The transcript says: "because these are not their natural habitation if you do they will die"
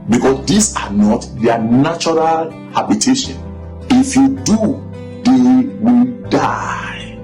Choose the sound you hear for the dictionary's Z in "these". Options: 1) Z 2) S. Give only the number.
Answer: 2